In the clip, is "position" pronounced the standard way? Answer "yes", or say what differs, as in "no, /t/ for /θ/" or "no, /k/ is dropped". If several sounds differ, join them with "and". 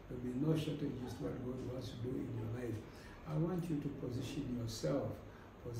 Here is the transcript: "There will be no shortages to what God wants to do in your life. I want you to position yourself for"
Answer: yes